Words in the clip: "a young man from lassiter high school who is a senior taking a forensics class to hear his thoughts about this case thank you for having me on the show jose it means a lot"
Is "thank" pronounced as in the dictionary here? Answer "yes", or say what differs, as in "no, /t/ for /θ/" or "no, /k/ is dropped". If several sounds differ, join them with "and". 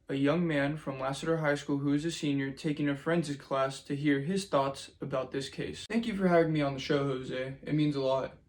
yes